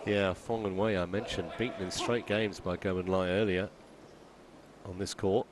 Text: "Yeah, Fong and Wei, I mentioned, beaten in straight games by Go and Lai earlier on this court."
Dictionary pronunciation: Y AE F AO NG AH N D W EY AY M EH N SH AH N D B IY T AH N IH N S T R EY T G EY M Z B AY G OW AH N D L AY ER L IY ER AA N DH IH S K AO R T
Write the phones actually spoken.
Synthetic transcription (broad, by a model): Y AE F AO NG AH N W EY AY M EH N SH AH N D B IY T N IH N S T R EY T G EY M Z B AY G OW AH N L AY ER L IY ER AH N DH IH S K AO R T